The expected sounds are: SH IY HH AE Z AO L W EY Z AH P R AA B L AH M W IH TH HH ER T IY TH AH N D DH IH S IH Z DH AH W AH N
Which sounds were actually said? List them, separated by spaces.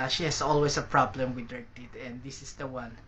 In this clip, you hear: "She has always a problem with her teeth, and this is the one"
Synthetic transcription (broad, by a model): SH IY HH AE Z AO L W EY S AH P R AA B L AH M W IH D HH ER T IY T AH N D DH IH S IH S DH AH W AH N